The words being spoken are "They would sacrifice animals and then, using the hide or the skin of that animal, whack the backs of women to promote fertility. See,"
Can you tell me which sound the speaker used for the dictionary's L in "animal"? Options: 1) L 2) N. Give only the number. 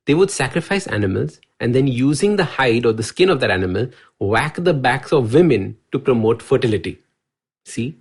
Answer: 1